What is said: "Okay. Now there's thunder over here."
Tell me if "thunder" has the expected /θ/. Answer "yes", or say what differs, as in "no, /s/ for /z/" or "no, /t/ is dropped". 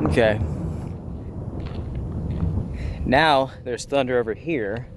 yes